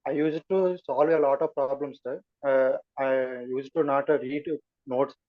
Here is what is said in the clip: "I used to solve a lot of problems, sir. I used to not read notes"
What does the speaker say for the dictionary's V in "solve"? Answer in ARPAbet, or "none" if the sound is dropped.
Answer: V